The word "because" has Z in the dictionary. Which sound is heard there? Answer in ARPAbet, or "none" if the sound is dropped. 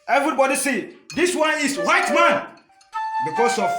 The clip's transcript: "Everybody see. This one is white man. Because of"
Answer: S